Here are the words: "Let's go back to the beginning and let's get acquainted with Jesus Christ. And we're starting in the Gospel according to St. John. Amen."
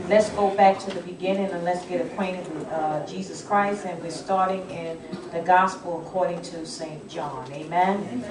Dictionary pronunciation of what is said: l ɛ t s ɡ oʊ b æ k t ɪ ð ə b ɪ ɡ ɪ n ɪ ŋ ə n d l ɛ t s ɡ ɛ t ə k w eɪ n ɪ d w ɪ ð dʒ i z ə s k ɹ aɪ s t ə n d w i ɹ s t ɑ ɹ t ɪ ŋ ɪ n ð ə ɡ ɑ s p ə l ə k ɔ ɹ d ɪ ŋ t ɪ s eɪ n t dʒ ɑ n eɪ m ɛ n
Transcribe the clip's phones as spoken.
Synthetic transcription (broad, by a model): l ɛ t s ɡ oʊ b æ k t ɪ ð ə b ɪ ɡ ɪ n ɪ ŋ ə n l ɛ t s ɡ ɛ t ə k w eɪ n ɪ d w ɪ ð dʒ i z ə s k ɹ aɪ s t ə n w i ɹ s t ɑ ɹ t ɪ ŋ ɪ n ð ə ɡ ɑ s p l ə k ɔ ɹ d ɪ ŋ t ɪ s eɪ n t dʒ ɑ n eɪ m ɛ n